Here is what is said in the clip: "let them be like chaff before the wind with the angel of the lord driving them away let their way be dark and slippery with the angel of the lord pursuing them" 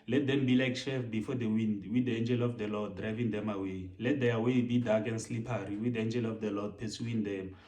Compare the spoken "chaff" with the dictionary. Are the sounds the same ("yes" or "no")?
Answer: no